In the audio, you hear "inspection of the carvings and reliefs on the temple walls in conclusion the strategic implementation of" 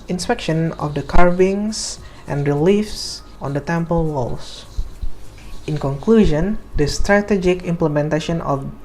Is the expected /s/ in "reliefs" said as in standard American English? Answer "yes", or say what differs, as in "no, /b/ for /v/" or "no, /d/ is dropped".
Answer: yes